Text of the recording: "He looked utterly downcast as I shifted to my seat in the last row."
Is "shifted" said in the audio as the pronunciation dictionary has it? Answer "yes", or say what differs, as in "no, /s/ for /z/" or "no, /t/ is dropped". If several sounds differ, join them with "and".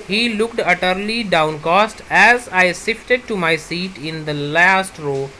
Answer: no, /s/ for /ʃ/